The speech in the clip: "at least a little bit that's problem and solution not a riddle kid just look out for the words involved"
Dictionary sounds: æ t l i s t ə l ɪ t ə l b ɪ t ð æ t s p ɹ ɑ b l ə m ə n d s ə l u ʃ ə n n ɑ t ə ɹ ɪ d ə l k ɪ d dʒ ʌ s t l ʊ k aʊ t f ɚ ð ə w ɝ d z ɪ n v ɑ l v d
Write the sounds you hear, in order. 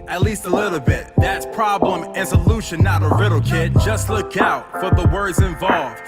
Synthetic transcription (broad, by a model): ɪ t l i s t ə l ɪ t l b ɪ t ð æ t s p ɹ ɑ b l ə m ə n s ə l u ʃ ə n n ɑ t ə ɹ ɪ d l k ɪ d dʒ ʌ s t l ʊ k aʊ t f ɚ ð ə w ɝ d z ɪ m v ɑ l v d